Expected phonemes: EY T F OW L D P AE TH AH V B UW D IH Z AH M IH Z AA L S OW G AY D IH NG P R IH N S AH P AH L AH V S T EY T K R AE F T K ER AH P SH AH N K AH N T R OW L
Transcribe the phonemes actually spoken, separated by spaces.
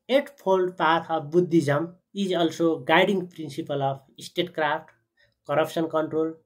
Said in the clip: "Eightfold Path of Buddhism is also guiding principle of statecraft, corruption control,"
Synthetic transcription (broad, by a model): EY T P OW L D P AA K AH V B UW D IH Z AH M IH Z AA L S OW G AY D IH NG P R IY N S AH P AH L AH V S T EY T K R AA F T K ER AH P S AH N K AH N T R OW L